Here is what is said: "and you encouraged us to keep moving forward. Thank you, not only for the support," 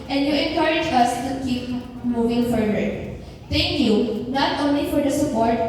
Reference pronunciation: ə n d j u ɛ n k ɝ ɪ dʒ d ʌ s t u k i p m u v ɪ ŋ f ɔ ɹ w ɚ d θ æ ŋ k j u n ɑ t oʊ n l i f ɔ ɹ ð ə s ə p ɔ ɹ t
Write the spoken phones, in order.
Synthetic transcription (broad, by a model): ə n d j u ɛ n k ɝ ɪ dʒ ʌ s t u k i p m u v ɪ ŋ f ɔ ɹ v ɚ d t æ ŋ k j u n ɑ t oʊ n l i f ɔ ɹ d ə s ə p ɔ ɹ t